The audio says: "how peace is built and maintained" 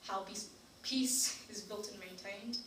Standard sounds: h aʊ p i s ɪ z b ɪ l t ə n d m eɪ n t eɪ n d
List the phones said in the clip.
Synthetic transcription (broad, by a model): h aʊ p i s ɪ z b ɪ l t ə n m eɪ n t eɪ n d